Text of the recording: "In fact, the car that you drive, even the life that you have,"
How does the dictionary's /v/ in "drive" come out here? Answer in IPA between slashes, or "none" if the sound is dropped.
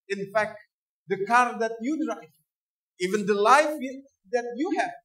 none